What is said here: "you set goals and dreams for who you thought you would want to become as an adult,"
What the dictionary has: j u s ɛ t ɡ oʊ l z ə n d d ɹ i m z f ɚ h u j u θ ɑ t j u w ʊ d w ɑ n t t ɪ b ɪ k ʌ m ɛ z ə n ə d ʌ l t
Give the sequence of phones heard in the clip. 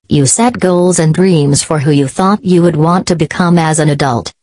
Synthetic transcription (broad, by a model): j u s ɛ t ɡ oʊ l z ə n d d ɹ i m z f ɚ h u j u θ ɑ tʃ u w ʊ d w ɑ n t t ɪ b ɪ k ʌ m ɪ z ə n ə d ʌ l t